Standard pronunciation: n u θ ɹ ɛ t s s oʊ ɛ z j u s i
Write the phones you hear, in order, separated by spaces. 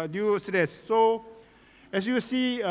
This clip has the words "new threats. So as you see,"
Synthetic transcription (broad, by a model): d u s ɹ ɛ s s oʊ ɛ s j u s i